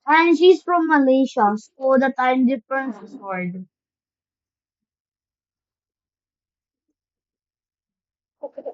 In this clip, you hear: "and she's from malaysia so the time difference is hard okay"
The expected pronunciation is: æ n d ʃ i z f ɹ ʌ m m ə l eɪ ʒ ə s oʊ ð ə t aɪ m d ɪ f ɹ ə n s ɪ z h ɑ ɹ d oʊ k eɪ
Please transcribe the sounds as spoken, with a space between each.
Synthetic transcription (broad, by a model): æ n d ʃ i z f ɹ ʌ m m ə l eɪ ʃ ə s oʊ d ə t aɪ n d ɪ f ɹ ə n s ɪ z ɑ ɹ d